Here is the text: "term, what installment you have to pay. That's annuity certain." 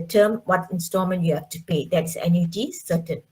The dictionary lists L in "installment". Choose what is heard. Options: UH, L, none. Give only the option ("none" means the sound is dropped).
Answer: none